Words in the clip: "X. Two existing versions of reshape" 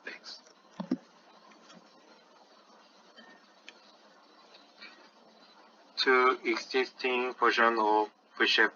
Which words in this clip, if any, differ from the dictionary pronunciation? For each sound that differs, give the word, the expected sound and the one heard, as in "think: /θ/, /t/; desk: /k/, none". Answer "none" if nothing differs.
versions: /v/, /p/; versions: /ʒ/, /ʃ/; versions: /z/, none